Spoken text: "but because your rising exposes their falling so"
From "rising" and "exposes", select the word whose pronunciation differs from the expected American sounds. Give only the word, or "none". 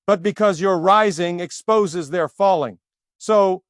none